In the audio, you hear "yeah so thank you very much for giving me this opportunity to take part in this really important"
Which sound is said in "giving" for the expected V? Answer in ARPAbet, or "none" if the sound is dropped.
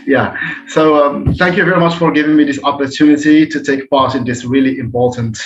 V